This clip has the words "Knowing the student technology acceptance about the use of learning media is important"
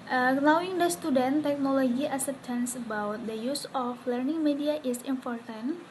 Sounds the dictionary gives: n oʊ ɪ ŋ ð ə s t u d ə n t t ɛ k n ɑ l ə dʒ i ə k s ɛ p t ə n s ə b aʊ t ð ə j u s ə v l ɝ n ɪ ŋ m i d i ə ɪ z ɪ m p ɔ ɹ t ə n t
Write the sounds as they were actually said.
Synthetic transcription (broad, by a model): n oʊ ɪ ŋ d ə s t u d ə n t t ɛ k n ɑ l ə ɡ i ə s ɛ t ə n s ə b aʊ t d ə j u s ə f l ɝ n ɪ ŋ m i d i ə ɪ s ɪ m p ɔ ɹ t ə n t